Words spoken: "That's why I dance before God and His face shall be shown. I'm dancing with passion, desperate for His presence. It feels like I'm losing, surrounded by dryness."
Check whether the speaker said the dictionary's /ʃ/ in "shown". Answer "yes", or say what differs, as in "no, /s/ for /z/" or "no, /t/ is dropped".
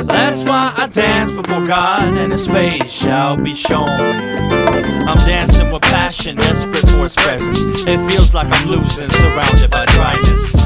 yes